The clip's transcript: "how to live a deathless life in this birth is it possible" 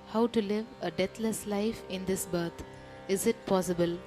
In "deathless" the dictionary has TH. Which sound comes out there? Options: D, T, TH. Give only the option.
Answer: T